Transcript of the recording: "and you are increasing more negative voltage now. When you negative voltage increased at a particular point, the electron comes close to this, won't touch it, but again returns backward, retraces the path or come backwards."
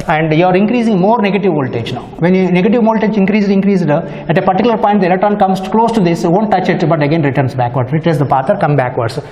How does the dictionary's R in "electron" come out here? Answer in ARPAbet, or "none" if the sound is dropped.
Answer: none